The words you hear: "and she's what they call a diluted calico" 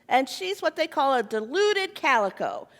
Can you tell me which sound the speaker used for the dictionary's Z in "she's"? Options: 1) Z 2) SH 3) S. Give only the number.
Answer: 1